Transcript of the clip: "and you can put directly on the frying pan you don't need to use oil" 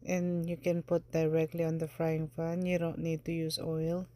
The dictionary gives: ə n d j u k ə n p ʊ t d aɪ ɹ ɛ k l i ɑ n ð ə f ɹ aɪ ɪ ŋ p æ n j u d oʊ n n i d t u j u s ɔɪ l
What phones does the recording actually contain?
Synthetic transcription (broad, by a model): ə n j u k ə n p ʊ t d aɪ ɹ ɛ k l i ɑ n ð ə f ɹ aɪ ɪ ŋ f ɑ n j u d oʊ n n i d t u j u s ɔɪ l